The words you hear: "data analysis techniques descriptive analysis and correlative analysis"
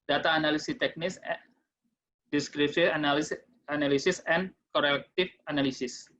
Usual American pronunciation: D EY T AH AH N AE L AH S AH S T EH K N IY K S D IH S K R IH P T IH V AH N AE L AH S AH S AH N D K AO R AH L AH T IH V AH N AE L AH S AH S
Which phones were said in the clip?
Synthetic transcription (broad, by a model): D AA T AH N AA L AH S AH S T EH K N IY S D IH S K R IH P S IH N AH N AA L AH S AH S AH N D K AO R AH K T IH F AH N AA L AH S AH S